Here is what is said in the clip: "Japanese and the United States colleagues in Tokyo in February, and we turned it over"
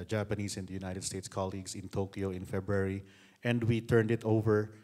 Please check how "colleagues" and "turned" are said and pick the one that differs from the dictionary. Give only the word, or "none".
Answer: colleagues